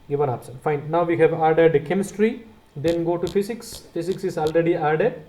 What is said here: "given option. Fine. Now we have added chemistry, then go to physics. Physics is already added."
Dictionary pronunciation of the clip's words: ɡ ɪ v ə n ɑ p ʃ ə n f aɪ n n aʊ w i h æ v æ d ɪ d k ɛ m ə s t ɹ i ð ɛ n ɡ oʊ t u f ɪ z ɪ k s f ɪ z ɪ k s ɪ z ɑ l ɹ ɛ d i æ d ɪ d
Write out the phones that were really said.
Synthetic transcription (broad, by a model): ɡ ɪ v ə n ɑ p s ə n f aɪ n n aʊ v i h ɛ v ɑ d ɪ d k ɛ m ə s t ɹ i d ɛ n ɡ oʊ t u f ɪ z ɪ k s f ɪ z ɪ k s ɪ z ɑ l ɹ ɛ d i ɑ d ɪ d